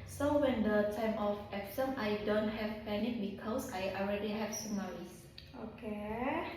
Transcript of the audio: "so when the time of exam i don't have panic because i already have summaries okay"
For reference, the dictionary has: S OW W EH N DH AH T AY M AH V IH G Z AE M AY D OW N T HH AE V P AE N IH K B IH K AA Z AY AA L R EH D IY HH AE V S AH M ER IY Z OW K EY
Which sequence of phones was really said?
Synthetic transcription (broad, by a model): S OW W EH N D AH T AY M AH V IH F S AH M AY D OW N T HH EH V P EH N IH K B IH K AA S AY AA L R EH D IY HH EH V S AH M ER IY S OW K EY